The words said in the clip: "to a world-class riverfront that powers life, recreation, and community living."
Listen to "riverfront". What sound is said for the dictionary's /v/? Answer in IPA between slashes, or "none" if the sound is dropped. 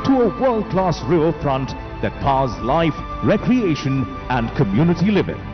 none